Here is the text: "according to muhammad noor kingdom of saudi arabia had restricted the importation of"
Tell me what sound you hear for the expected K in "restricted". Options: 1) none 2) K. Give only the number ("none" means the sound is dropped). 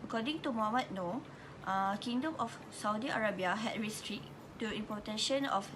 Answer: 1